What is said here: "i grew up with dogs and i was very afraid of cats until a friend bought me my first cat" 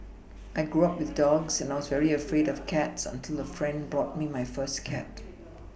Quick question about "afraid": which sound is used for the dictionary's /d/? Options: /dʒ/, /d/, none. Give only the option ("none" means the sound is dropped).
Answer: /d/